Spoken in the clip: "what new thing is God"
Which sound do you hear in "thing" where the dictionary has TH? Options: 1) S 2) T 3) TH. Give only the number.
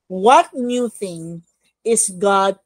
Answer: 3